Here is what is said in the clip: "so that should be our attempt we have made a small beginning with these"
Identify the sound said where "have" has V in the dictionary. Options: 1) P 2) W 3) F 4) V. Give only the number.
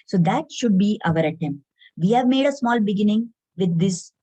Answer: 4